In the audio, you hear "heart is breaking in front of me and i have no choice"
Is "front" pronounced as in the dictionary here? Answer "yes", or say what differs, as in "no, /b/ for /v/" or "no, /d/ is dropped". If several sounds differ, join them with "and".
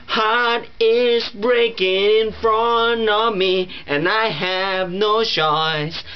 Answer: no, /t/ is dropped